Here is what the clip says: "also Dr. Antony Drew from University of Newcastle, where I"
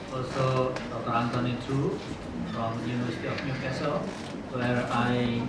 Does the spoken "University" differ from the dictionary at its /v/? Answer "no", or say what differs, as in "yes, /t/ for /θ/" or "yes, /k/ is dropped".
yes, /v/ is dropped